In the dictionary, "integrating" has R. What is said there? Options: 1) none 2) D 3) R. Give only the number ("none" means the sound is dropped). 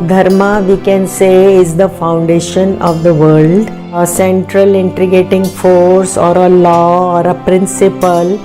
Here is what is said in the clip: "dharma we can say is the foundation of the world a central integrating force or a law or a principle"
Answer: 1